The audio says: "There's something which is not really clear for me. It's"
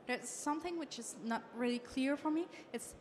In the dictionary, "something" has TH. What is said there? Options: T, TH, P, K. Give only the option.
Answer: TH